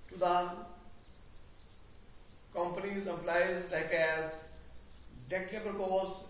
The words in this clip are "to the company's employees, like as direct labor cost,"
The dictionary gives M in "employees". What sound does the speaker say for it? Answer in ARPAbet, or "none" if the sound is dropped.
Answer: none